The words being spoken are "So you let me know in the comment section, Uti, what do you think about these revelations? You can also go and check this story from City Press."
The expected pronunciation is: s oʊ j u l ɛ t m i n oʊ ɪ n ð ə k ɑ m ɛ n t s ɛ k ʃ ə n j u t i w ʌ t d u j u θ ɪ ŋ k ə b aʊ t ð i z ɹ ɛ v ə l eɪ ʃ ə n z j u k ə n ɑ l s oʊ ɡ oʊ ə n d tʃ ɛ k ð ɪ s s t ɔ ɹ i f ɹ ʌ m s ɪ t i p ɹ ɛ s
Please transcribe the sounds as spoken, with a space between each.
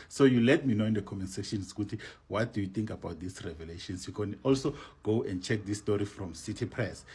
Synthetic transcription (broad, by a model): s oʊ j u l ɛ t m i n oʊ ɪ n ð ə k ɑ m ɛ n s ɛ ʃ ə n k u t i w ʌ t d u j u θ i ŋ k ə b aʊ t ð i s ɹ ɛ v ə l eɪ ʃ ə n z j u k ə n ɑ l s oʊ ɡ oʊ ə n d tʃ ɛ k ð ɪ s s t ɔ ɹ i f ɹ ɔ m s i t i p ɹ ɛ s